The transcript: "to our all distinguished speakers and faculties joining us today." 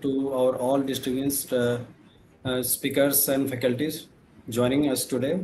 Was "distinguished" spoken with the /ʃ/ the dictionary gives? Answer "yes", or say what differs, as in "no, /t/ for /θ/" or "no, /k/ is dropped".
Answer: no, /s/ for /ʃ/